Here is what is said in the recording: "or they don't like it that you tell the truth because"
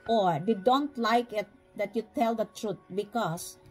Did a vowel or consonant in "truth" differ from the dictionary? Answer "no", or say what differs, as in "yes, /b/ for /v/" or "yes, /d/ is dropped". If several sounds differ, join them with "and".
yes, /t/ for /θ/